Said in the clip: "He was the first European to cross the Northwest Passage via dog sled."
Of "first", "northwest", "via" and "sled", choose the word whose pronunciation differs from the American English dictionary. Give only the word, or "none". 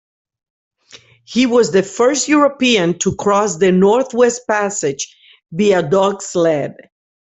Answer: via